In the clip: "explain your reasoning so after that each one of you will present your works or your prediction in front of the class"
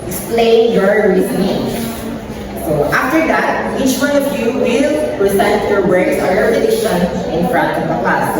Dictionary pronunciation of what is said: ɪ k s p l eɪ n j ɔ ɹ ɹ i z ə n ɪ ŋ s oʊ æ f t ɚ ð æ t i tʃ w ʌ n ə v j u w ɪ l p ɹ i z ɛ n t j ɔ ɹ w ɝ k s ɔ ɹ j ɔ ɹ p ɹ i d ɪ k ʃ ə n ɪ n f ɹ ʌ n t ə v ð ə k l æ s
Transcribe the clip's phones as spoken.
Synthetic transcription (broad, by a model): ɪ k s p l eɪ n j ɔ ɹ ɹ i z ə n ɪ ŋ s oʊ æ f t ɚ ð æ t i tʃ w ʌ n ə v j u w ɪ l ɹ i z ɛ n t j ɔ ɹ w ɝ s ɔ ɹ j ɔ ɹ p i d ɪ ʃ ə n ɪ n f ɹ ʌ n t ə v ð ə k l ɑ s